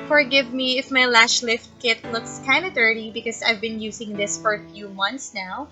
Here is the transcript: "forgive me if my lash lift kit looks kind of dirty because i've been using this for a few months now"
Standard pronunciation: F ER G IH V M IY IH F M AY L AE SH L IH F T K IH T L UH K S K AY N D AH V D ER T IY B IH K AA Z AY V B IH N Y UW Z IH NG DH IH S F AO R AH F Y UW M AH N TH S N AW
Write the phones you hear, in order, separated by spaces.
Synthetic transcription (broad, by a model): F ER G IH V M IY IH F M AY L AE SH L IH F T K IH T L UH K S K AY N D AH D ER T IY B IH K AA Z AY V B IH N Y UW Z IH NG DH IH S F AO R F Y UW M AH N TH S N AW